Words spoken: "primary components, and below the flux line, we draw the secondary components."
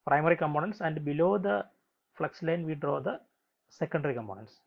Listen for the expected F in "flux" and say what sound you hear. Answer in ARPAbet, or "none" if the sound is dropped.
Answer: F